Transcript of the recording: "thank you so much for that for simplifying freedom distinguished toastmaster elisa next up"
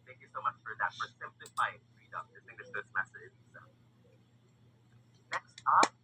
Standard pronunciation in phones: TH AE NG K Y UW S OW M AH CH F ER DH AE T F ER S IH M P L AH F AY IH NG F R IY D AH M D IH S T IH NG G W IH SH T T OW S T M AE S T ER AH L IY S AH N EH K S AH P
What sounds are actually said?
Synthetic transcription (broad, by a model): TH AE NG K Y UW S OW M AH CH F ER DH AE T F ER S IH M P L AH F AY IH NG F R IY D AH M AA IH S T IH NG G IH T S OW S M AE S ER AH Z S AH N EH K S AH